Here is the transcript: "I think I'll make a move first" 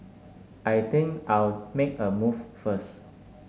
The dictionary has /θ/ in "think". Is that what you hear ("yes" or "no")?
no